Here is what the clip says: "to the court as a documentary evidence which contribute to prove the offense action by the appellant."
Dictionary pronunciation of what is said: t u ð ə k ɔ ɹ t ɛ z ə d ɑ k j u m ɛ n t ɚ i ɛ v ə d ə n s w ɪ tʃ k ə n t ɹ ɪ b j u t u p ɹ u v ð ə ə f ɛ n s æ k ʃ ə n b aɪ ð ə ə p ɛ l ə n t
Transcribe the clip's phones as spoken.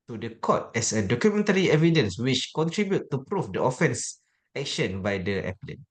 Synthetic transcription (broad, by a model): t u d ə k ɔ t ɛ s ə d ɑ k j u m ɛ n t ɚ i ɛ v ə d ə n s w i tʃ k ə n t ɹ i b j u t u p ɹ u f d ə ə f ɛ n s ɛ k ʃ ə n b aɪ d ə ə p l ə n